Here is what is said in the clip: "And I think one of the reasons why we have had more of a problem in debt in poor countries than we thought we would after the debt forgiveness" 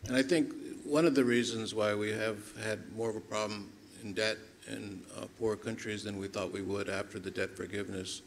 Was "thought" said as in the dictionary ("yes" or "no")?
yes